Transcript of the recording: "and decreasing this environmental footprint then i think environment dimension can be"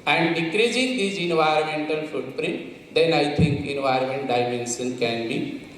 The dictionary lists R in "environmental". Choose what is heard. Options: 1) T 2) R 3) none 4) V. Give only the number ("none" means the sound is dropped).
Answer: 2